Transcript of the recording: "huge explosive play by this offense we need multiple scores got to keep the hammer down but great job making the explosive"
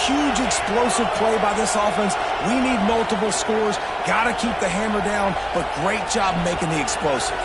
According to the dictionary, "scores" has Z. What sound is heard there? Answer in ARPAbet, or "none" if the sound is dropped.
Z